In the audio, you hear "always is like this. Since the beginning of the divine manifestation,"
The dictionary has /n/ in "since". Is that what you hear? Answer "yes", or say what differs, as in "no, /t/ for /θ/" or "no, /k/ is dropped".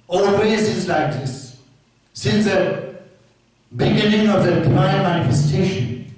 yes